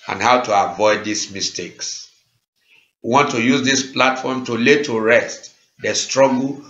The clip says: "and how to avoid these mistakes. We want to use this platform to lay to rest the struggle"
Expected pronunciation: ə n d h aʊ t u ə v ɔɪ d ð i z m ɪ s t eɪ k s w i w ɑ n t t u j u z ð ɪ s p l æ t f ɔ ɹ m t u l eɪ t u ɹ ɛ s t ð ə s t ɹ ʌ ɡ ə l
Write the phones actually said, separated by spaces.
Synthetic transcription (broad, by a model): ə n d h aʊ t u ə v ɔɪ d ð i s m ɪ s t eɪ k s w i w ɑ n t t u j u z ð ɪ s p l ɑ t f ɔ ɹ m t u l eɪ t u ɹ ɛ s t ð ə s t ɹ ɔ ɡ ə l